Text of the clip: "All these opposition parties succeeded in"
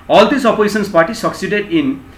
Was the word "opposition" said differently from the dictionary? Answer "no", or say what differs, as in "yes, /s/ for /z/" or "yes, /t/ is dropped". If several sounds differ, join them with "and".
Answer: yes, /s/ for /ʃ/